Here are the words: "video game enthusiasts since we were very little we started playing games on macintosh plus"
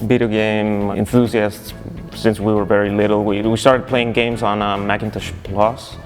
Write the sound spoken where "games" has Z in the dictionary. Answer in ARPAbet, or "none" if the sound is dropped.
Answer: Z